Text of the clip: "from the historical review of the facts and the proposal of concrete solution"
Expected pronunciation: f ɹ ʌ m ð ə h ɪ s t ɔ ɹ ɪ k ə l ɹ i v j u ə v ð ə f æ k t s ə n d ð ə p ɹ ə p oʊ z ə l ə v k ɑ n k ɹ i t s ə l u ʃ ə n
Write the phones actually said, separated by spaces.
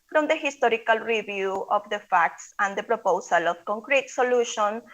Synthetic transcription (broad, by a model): f ɹ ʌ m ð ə h ɪ s t ɔ ɹ ɪ k ə l ɹ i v j u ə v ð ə f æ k t s ə n d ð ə p ɹ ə p oʊ s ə l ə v k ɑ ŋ k ɹ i t s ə l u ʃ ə n